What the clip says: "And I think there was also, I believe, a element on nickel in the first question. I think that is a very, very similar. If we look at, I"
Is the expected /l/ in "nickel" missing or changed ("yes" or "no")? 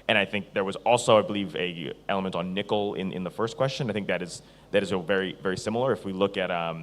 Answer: yes